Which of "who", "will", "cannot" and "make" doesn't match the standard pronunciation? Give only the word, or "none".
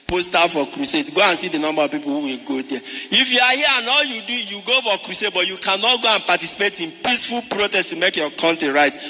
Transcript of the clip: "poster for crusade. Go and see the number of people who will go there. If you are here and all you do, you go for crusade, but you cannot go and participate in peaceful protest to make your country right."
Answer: none